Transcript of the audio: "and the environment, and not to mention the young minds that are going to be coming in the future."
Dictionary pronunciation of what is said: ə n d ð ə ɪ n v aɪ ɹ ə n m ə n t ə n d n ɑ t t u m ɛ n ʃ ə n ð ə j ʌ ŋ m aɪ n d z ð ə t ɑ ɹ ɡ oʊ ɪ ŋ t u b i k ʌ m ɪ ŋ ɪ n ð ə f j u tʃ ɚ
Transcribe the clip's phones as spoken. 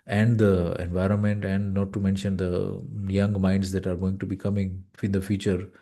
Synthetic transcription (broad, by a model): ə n d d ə ɪ n v aɪ ɹ ə n m ə n t ə n d n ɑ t t u m ɛ n ʃ ə n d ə j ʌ ŋ m aɪ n d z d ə t ɑ ɹ ɡ oʊ ɪ ŋ t u b i k ʌ m ɪ ŋ ɪ n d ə f j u tʃ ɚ